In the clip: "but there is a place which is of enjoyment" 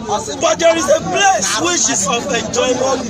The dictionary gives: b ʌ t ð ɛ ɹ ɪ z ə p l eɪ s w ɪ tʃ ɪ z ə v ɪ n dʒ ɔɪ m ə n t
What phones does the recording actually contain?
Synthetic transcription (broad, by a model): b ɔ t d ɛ ɹ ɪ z ə p l eɪ s w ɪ ʃ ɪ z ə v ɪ n dʒ ɔɪ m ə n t